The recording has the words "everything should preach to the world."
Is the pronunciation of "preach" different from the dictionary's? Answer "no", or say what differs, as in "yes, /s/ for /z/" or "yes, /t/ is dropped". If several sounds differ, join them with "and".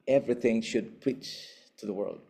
yes, /ɹ/ is dropped